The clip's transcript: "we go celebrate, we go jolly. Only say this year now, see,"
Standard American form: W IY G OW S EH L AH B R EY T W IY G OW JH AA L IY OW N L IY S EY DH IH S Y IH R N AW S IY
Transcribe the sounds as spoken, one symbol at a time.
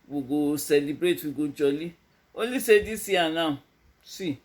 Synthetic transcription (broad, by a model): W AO G OW S EH L AH B R EY T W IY G OW JH AA L IY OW L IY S EY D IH S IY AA N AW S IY